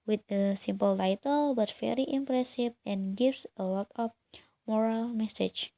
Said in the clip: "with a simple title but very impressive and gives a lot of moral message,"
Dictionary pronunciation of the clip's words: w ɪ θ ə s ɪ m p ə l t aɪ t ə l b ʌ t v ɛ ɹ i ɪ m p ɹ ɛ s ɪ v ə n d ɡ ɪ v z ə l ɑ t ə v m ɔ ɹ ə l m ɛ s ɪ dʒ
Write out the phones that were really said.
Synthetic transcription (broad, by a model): w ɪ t ə s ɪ m p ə l t aɪ t ə l b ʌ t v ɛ ɹ i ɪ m p ɹ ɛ s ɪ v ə n ɡ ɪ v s ə w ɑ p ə p m ɔ ɹ ə l m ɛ s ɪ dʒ